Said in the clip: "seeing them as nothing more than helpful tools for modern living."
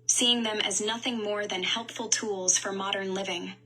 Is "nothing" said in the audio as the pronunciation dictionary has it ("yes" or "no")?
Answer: yes